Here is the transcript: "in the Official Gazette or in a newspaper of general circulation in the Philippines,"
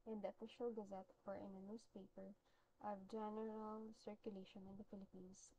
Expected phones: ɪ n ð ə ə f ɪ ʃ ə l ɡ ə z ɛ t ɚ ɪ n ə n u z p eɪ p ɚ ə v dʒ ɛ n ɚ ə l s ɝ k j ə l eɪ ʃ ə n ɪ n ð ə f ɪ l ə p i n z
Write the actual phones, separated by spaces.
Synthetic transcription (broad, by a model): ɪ n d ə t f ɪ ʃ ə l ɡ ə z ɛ t ɚ ɪ n ə n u s p eɪ p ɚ ə v dʒ ɛ n ɚ ə l s ɝ k j ə l eɪ ʃ ə n ɪ n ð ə f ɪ l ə p i n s